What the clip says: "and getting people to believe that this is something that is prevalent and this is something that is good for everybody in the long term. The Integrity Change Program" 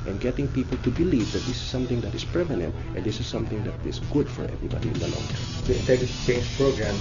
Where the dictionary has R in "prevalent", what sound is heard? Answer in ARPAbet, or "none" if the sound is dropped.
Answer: none